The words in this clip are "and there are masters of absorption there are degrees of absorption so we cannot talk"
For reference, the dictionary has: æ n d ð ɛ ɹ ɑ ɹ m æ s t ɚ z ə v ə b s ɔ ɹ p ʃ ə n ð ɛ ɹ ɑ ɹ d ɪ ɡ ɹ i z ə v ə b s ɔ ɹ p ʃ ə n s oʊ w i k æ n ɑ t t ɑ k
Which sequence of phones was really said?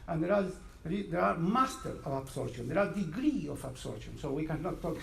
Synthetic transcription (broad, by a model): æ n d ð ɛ ɹ ɑ ɹ m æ s t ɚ ə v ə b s ɔ ɹ ʃ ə n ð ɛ ɹ ɑ ɹ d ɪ ɡ ɹ i ə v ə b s ɔ ɹ ʃ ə n s oʊ w i k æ n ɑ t t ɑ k